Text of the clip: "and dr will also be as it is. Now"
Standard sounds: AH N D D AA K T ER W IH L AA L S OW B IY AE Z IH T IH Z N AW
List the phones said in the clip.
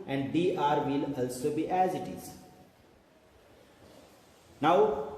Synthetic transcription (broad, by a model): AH N D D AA T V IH L AA L S OW B IY AE Z IH T IH Z N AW